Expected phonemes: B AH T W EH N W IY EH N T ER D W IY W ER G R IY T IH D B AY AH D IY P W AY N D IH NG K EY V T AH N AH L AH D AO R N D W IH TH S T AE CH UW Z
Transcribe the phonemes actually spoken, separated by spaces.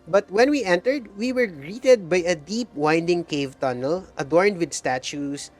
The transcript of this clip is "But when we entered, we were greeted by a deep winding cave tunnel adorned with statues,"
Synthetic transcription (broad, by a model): B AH T W EH N W IY EH N T ER D W IY W ER G R IY T IH D B AY AH D IY P W AY N D IH NG K EY V T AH N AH L AH D AO R N D W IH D S T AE CH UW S